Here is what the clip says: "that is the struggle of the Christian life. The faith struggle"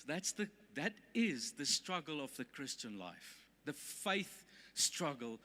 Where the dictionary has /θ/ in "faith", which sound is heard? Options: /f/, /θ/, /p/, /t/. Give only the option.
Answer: /θ/